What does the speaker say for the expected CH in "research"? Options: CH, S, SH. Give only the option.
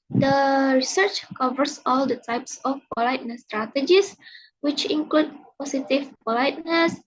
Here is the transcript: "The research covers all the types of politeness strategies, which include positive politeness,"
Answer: CH